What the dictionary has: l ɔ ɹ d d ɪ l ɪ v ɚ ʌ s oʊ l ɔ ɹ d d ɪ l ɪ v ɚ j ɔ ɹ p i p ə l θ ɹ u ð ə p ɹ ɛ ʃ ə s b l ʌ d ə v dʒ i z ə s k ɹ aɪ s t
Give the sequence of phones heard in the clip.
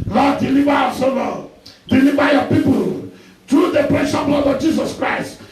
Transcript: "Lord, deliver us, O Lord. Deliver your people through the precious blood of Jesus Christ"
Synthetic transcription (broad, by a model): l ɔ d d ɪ l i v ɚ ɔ s oʊ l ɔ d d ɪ l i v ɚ j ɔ p i p ə l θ ɹ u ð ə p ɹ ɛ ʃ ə b l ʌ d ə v dʒ i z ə s k ɹ aɪ s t